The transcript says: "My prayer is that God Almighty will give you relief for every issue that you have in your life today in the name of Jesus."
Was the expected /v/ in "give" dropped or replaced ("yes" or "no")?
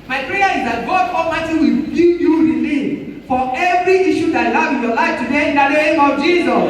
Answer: yes